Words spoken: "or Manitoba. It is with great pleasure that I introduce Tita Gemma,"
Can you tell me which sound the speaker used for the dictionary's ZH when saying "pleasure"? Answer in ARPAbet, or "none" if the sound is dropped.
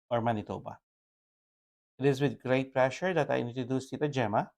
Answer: SH